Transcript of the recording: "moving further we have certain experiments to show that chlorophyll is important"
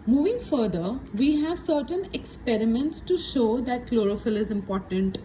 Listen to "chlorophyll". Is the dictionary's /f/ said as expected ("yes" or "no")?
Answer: yes